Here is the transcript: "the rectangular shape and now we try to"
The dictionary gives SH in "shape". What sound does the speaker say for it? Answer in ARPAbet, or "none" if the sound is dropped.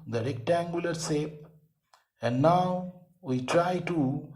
S